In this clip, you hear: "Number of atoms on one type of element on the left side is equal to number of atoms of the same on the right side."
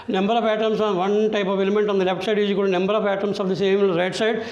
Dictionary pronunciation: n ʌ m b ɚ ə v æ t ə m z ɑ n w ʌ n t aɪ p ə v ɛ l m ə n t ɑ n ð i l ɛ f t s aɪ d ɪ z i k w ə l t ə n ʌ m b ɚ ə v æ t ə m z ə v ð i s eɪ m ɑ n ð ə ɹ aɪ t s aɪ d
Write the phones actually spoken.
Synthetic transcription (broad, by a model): n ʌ m b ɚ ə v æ t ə m s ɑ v ʌ n t aɪ p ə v ɛ l m ə n t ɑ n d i l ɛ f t s aɪ d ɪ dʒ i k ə t ə n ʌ m b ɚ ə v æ t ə m s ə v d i s eɪ m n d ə ɹ aɪ t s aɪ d